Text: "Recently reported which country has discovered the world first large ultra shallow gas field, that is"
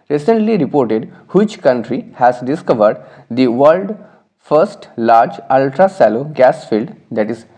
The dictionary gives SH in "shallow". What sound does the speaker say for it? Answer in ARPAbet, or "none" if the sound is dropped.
S